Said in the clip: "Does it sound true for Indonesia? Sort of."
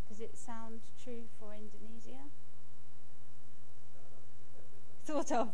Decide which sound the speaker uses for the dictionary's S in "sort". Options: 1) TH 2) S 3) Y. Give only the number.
1